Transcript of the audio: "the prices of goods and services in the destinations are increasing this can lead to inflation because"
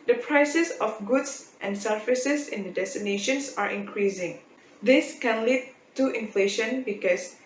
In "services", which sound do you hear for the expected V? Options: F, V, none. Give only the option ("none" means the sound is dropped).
F